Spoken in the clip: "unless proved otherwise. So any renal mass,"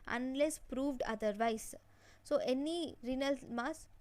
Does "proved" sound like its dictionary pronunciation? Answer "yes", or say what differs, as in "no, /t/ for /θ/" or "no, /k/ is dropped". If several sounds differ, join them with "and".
yes